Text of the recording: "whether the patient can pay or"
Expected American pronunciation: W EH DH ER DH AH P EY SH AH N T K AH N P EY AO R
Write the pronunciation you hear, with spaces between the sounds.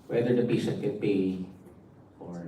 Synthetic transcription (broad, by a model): W EH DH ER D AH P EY S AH T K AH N P EY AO R